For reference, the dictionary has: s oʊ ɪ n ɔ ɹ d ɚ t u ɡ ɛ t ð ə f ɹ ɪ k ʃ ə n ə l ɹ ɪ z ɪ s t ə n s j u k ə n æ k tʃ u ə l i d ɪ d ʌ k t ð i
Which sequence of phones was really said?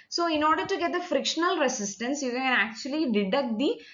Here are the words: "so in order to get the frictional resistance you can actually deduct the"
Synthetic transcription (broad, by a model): s oʊ ɪ n ɔ ɹ d ɚ t u ɡ ɛ t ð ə f ɹ ɪ k ʃ ə n ə l ɹ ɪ s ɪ s t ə n s j u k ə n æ k tʃ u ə l i d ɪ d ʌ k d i